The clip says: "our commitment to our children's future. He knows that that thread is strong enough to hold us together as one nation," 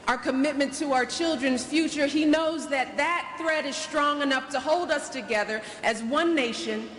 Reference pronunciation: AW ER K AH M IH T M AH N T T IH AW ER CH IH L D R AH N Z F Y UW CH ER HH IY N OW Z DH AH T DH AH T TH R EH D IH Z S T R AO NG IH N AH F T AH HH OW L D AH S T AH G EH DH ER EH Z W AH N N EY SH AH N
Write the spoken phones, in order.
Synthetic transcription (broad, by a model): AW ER K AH M IH T M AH N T T IH AW ER CH IH L D R AH N Z F Y UW CH ER IY N OW Z DH AH T DH AH T TH R EH D IH Z S T R AO NG IH N AH F T AH HH OW L D AH S T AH G EH DH ER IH Z W AH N N EY SH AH N